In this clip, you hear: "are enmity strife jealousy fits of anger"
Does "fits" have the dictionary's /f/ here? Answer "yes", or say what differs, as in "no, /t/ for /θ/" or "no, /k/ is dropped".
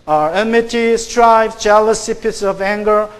no, /p/ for /f/